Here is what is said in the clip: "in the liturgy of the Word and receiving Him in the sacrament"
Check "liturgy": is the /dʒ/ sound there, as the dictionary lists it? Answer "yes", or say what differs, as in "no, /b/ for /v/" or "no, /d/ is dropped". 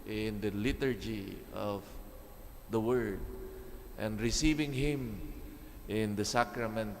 yes